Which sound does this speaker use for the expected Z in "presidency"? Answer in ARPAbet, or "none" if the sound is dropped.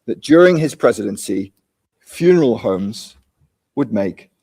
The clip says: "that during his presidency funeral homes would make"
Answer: Z